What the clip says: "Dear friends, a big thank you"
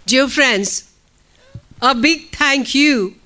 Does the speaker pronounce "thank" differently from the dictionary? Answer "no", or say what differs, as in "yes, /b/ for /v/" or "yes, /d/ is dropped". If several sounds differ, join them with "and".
yes, /t/ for /θ/